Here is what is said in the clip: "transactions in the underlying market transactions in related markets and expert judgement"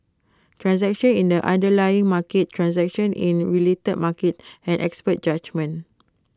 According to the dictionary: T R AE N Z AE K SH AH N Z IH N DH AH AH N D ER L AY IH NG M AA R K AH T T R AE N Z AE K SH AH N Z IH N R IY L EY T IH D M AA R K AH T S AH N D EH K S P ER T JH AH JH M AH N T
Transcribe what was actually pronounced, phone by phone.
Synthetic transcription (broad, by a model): T R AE N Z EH K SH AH N IH N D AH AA N D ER L AY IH NG M AA K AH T T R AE N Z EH K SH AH N IH N R IY L EY T IH D M AA K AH T AH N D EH K S P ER T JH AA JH M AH N